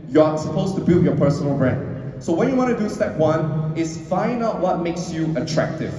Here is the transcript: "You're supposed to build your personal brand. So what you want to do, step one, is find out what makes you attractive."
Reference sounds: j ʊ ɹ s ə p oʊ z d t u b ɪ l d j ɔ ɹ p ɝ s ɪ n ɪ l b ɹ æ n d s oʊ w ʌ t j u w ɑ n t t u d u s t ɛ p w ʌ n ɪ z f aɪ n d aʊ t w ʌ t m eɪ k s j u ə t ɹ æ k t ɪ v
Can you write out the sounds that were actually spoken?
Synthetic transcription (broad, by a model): j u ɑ s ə p oʊ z t u b ɪ l d j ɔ p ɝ s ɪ n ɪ l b ɹ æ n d s oʊ w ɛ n j u w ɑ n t t u d u s t ɛ p w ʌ n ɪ s f aɪ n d aʊ t w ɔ t m eɪ k s j u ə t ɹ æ k t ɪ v